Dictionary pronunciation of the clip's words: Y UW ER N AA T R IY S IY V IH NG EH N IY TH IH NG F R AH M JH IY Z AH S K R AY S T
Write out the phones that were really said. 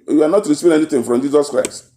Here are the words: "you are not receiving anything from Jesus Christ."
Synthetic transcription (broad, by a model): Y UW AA N AA T R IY S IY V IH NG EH N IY T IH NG F R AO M JH IY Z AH S K R AY S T